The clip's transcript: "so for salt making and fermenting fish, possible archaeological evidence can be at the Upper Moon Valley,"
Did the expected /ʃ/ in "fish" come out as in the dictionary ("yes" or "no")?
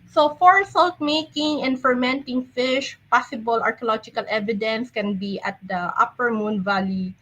yes